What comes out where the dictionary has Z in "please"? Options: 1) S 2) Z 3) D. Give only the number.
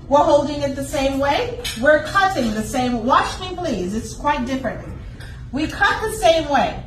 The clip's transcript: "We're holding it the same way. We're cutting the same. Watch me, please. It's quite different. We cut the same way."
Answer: 2